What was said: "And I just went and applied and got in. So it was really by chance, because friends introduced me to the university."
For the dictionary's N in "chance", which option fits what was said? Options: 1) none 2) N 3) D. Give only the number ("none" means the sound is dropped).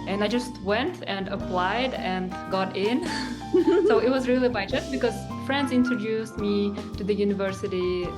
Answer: 1